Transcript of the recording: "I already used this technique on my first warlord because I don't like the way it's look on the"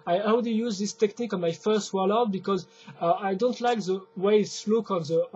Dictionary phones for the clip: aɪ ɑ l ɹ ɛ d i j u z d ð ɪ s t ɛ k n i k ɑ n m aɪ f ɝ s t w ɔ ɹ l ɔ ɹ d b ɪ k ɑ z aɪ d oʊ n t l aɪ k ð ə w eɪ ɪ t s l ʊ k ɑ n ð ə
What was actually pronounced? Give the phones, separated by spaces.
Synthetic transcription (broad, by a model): aɪ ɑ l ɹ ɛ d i j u z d ð ɪ s t ɛ k n i k ɑ n m aɪ f ɝ s t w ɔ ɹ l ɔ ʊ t b ɪ k ɑ z aɪ d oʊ n t l aɪ k ð ə w eɪ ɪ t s l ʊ k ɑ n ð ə